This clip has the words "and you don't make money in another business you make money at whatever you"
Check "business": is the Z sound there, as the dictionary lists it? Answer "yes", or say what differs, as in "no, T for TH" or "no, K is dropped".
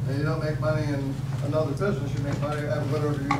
yes